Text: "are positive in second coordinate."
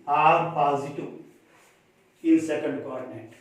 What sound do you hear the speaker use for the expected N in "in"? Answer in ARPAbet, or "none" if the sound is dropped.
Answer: L